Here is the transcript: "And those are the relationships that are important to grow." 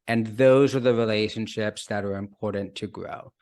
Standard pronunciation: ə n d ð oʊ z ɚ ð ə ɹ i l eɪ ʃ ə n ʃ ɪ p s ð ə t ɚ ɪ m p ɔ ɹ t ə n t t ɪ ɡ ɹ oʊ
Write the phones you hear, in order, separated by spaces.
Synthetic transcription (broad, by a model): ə n ð oʊ z ɚ ð ə ɹ i l eɪ ʃ ə n ʃ ɪ p s ð ə t ɚ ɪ m p ɔ ɹ t n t t ɪ ɡ ɹ oʊ